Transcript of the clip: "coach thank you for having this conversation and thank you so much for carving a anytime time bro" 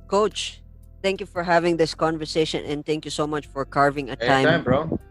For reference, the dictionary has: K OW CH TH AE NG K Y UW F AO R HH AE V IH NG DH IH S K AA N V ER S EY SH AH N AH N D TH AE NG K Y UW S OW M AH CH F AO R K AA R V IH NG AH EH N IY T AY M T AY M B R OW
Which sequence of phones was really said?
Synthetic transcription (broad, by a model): K OW CH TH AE NG K Y UW F AO R HH AE V IH NG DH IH S K AA N V ER S EY SH AH N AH N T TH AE NG K Y UW S OW M AH CH F AO R K AA R V IH NG AH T AY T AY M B R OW